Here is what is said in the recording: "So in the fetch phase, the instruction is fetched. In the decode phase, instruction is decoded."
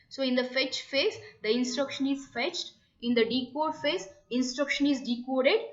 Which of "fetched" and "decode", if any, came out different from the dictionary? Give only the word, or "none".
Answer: none